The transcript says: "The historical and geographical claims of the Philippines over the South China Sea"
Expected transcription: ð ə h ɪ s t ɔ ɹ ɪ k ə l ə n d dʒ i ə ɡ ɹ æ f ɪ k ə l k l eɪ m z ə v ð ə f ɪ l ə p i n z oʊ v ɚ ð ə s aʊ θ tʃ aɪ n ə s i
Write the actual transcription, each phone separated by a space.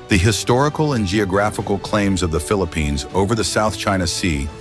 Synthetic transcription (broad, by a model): ð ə h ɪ s t ɔ ɹ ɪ k l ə n dʒ i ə ɡ ɹ æ f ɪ k l k l eɪ m z ə v ð ə f ɪ l ə p i n z oʊ v ɚ ð ə s aʊ θ tʃ aɪ n ə s i